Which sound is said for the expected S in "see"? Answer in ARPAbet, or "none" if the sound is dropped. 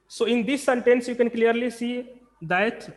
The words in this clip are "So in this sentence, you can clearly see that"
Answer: S